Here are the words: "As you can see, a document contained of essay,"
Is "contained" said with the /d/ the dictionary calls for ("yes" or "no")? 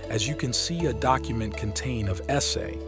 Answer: no